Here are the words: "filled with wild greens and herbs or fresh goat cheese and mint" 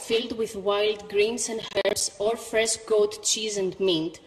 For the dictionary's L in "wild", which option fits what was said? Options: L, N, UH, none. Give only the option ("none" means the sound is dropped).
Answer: L